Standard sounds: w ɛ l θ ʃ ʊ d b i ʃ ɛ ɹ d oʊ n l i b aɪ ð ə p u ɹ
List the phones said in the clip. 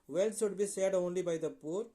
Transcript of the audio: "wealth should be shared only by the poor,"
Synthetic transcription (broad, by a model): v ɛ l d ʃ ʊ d b i s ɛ d oʊ n l i b aɪ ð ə p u ɹ